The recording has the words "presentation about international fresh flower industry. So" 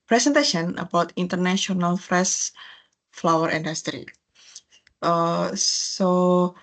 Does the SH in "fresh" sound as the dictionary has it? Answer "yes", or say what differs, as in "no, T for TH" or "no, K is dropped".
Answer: no, S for SH